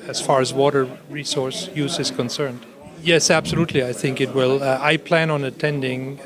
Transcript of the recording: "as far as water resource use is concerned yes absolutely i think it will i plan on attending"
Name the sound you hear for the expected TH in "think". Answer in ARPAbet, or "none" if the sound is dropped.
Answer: TH